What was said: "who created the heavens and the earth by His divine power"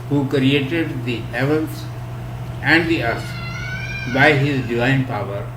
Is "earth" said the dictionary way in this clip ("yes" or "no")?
no